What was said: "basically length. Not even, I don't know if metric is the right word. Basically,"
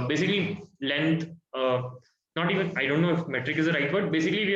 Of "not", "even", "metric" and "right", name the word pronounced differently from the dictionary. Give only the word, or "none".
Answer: none